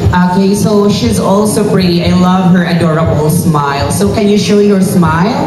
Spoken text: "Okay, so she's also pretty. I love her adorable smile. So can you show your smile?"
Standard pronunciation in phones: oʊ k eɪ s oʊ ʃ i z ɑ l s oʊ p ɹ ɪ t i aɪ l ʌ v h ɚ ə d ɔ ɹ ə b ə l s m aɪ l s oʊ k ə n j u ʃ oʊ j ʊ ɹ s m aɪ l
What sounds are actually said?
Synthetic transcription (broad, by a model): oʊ k eɪ s oʊ ʃ i z ɑ l s oʊ p ɹ ɪ t i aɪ l ʌ v h ɚ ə d ɔ ɹ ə b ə l s m aɪ l s oʊ k ə n j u ʃ oʊ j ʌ ɹ s m aɪ l